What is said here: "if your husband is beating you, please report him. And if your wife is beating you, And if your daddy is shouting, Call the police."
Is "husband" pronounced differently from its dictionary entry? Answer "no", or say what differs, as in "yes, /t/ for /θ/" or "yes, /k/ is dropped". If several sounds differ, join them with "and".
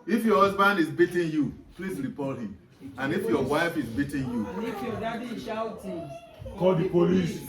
no